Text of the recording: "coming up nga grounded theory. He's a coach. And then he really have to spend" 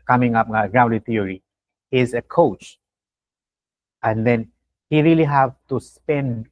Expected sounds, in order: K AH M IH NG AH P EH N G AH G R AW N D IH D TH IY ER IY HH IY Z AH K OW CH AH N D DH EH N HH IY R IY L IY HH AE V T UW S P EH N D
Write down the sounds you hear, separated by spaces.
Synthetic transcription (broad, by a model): K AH M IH NG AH P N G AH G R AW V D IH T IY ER IY HH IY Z AH K OW CH AH N D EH N HH IY R IY L IY HH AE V T UW S P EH N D